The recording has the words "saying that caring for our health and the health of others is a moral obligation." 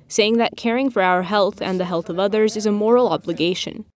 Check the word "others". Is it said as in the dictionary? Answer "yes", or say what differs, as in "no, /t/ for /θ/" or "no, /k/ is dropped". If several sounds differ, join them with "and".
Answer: yes